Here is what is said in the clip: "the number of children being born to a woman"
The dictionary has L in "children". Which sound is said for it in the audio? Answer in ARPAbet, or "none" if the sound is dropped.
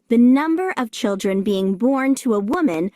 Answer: L